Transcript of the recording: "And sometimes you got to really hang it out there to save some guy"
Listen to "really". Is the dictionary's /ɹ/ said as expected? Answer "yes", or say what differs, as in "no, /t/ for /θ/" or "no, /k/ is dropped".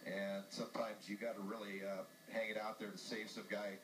no, /l/ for /ɹ/